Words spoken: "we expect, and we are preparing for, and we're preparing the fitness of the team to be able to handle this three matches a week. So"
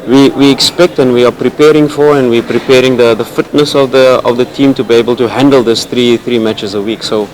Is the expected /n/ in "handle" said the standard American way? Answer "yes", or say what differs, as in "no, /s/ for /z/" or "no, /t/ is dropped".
yes